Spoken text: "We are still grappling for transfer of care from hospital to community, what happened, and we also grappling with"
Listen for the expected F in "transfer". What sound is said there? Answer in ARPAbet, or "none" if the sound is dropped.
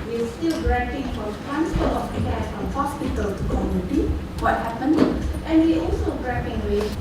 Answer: P